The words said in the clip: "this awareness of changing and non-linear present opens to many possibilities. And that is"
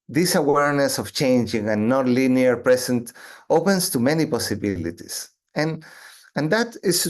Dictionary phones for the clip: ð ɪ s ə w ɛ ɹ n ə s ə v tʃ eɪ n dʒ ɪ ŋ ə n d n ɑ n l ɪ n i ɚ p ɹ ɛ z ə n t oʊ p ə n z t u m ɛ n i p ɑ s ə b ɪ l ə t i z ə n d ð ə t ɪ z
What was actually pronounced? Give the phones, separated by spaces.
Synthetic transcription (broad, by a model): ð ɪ s ə w ɛ ɹ n ə s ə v tʃ eɪ n dʒ ɪ ŋ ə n n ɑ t l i n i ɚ p ɹ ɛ s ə n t oʊ p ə n s t u m ɛ n i p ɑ s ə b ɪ l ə t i s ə n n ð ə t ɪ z